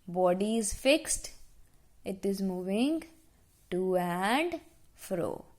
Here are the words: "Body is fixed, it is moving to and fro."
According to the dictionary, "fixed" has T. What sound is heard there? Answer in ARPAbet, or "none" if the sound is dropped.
T